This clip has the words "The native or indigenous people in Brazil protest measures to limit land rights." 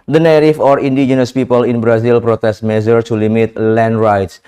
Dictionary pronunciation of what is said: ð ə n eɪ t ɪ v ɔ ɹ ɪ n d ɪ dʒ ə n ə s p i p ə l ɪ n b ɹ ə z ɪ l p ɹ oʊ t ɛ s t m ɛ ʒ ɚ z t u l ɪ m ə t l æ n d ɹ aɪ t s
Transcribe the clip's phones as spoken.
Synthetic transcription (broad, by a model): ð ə n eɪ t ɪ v ɔ ɹ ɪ n d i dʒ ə n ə s p i p ə l ɪ n b ɹ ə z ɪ l p ɹ oʊ t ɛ s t m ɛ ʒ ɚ t u l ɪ m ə t l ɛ n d ɹ aɪ t s